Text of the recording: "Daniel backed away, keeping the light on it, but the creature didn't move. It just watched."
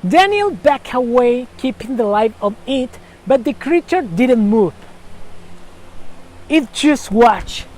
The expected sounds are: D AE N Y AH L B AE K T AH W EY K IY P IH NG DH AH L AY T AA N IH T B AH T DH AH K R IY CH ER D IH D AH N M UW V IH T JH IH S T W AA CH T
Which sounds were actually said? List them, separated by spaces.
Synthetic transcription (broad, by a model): D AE N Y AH L B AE K AH W EY K IY P IH NG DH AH L AY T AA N IH T B AH T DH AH K R IY CH ER D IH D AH N M UW V IH T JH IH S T W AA CH